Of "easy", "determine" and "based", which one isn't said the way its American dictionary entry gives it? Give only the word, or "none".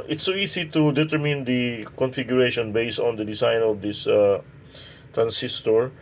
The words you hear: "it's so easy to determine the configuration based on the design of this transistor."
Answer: easy